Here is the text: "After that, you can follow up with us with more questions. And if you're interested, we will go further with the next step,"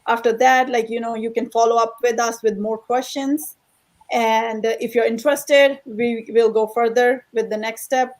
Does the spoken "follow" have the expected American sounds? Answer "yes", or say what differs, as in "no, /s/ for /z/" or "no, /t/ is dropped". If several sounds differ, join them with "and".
yes